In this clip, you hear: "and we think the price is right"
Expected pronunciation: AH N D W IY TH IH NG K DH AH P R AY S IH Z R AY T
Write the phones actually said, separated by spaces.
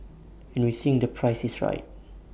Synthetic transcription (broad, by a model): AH N W IY S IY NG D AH P R AY S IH S R AY T